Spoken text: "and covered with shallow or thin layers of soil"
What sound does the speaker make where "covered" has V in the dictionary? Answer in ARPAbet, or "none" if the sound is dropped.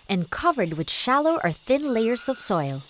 V